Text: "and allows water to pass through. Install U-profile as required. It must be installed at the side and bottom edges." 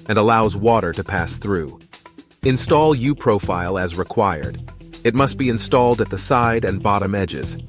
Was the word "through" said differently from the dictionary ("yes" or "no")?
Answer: no